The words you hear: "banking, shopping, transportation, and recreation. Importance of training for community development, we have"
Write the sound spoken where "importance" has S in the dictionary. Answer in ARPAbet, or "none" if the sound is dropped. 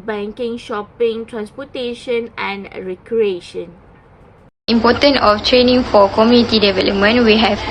none